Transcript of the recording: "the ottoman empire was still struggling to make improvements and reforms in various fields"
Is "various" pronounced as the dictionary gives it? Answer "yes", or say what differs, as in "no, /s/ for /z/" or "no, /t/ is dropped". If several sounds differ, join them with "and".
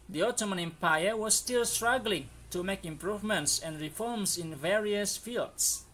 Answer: yes